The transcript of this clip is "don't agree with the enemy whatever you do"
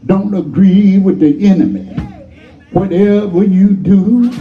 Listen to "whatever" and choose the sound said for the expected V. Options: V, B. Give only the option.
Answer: V